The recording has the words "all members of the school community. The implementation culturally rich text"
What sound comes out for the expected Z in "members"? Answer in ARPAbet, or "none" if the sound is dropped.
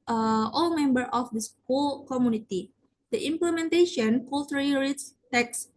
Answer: none